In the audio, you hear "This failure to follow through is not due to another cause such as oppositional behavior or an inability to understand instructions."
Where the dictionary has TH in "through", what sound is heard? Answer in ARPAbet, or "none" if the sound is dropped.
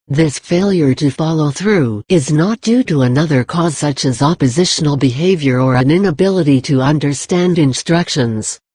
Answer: TH